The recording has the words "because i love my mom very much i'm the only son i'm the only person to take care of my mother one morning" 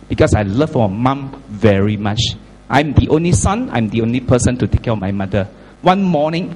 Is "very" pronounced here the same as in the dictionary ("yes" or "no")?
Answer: yes